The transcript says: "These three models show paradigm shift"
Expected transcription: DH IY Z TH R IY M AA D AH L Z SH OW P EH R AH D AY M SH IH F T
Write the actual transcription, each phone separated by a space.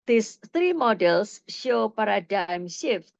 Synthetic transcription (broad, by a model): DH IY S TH R IY M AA D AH L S SH OW P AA R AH D AY M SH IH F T